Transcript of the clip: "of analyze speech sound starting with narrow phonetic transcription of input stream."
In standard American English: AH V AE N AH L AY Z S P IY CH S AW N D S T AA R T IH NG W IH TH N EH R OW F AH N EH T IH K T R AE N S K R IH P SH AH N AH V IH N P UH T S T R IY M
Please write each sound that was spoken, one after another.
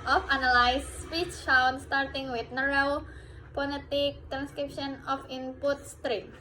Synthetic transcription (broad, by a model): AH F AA N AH L AY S S P IY CH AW N S T AA R T IH NG W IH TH N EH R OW P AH L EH T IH K T R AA N S K R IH P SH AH N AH F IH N P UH T S T R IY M